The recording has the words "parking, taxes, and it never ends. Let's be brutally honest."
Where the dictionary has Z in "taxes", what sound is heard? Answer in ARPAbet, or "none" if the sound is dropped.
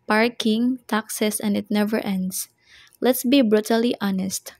S